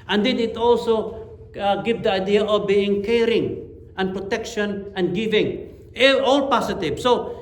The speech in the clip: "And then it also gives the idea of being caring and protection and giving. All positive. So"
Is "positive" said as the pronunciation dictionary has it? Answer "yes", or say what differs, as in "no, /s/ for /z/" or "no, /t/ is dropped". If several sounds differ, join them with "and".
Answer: no, /s/ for /z/